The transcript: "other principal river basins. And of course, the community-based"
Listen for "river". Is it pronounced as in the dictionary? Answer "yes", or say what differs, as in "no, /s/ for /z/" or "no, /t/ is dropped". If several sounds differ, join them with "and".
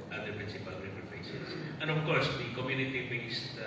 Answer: no, /p/ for /v/